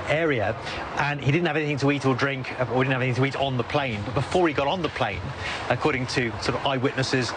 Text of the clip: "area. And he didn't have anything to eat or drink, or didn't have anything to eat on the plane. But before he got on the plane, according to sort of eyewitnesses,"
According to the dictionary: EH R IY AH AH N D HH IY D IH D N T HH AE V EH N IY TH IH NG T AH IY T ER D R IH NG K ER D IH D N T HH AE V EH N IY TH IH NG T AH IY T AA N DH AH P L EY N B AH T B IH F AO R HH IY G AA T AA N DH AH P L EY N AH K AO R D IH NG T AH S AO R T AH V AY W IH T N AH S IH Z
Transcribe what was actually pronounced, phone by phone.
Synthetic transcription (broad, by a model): EH R IY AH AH N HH IY D IH D N T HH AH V EH N IY TH IH NG T AH IY T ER D R IH NG K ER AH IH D N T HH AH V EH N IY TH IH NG T AH IY T N DH AH P L EY N B AH T B IH F AO R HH IY G AA T N DH AH P L EY N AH K AO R D IH NG T AH S AO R T AH V AY W IH T N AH S IH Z